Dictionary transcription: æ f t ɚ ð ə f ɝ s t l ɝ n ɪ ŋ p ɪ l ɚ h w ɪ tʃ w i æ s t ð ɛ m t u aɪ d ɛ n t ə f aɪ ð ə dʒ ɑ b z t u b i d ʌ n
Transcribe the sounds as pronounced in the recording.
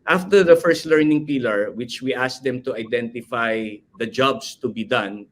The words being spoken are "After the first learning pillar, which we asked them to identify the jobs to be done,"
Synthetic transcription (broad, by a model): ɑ f t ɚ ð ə f ɝ s t l ɝ n ɪ ŋ p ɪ l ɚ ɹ w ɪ tʃ w i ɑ s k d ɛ m t u aɪ d ɛ n t ə f aɪ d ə dʒ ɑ b s t u b i d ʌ n